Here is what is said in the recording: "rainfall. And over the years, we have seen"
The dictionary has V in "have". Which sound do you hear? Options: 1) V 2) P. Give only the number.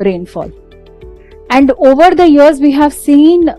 1